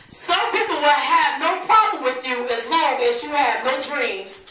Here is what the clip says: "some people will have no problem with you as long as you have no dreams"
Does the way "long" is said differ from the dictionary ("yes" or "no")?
yes